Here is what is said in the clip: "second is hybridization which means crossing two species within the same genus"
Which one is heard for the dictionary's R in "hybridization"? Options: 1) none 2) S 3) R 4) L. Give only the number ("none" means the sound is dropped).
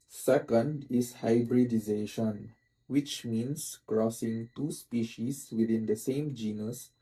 3